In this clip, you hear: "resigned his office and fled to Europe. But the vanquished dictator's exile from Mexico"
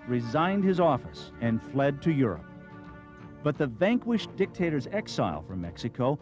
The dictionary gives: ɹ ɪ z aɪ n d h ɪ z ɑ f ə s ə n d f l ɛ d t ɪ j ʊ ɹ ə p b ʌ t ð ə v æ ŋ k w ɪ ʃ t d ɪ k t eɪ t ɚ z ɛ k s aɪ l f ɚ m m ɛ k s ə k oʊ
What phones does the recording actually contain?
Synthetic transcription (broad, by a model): ɹ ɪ z aɪ n d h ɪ z ɑ f ə s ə n f l ɛ d t ɪ j ʊ ɹ ə p b ʌ t ð ə v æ ŋ k w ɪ ʃ d ɪ k t eɪ t ɚ z ɛ k s aɪ l f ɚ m m ɛ k s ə k oʊ